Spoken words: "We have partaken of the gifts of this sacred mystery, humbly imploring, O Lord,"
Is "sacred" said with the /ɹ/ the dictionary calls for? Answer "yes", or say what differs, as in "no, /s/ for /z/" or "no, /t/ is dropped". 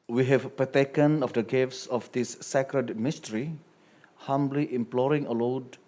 yes